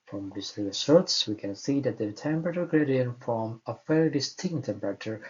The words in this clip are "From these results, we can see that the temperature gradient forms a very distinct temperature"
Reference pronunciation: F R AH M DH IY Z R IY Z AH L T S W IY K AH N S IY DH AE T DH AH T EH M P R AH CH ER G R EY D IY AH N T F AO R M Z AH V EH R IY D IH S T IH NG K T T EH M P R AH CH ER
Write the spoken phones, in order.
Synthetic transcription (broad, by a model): F R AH M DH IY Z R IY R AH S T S W IY K AH N S IY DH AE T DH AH T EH M P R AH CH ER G R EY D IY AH N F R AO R M AH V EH R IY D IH S T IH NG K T T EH M P R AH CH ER